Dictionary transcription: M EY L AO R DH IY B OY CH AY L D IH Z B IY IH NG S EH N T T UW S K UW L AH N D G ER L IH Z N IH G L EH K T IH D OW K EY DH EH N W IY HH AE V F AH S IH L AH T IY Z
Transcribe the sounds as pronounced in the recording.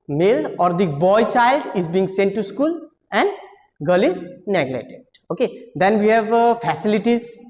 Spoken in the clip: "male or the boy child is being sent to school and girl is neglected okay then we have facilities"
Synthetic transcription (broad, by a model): M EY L AO R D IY B OY CH AY L D IH Z B IY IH NG S EH N T T UW S K UW L AH N D G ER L IH Z N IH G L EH T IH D OW K EY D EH N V IY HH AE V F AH S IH L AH T IY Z